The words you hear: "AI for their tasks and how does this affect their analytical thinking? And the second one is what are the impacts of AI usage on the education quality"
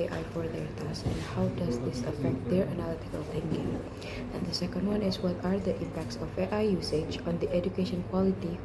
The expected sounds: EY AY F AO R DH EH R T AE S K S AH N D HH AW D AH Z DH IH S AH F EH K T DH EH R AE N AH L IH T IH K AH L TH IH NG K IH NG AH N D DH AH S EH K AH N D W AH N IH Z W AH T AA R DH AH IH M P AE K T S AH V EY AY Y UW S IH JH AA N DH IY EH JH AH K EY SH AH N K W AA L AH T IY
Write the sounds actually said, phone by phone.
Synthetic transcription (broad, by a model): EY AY F AO R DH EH R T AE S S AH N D HH AW D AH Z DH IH S AH F EH K T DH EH R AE N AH L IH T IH K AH L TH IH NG K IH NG AH N D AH S EH K AH N D W AH N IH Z W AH T AA R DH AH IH M P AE K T S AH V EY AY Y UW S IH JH AA N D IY EH JH AH K EY SH AH N K W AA L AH T IY